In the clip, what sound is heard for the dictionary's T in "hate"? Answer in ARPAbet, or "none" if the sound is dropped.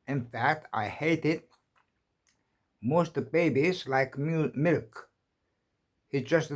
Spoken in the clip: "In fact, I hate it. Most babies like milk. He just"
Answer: T